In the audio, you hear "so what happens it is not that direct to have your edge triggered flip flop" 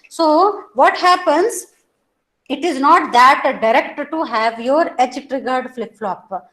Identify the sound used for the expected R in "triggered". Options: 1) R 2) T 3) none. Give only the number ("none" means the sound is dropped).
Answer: 1